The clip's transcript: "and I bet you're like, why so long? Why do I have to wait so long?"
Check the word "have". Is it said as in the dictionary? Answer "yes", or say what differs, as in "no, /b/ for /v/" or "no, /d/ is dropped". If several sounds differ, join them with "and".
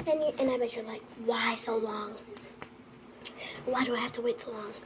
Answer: no, /f/ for /v/